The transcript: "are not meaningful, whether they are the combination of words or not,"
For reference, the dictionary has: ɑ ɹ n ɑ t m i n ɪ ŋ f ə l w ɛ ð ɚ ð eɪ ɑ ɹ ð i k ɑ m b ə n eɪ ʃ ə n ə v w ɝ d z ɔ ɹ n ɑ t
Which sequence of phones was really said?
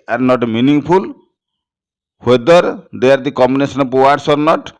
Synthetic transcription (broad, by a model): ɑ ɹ n ɑ t m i n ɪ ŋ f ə l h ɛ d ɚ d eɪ ɑ ɹ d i k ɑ m b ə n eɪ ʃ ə n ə p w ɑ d s ɔ ɹ n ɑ t